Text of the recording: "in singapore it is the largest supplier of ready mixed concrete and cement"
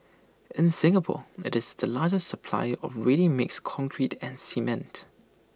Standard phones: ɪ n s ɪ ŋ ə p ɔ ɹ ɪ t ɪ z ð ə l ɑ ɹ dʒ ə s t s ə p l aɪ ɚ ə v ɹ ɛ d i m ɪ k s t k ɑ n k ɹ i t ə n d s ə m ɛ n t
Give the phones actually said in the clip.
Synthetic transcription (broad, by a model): ɪ n s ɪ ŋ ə p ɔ ɪ t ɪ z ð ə l ɑ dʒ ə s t s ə p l aɪ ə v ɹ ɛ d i m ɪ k s k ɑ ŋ k ɹ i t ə n s ə m ɛ n t